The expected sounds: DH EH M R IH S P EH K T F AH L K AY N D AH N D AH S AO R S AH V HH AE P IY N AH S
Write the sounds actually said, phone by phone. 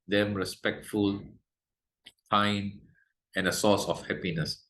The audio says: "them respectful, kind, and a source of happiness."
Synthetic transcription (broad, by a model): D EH M R IH S P EH K T F AH L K AY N AH N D AH S AO S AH F HH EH P IY N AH S